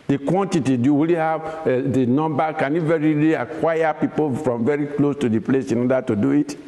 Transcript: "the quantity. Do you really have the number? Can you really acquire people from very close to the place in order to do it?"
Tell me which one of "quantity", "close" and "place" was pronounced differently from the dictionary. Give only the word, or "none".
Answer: none